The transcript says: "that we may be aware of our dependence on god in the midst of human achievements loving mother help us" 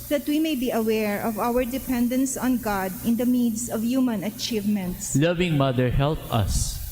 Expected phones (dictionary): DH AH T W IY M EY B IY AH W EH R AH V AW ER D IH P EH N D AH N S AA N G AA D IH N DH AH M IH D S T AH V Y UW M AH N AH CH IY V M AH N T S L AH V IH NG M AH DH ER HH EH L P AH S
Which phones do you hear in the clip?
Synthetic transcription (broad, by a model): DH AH T W IY M EY B IY AH W EH R AH V AW ER D IH P EH N D AH N S AA N G AA D IH N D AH M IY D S AH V Y UW M AH N AH CH IY V M AH N T S L AH V IH NG M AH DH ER HH EH L P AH S